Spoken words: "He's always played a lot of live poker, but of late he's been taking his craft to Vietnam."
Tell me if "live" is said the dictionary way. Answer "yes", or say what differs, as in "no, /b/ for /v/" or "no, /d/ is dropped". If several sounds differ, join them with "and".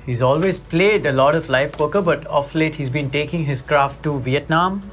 no, /f/ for /v/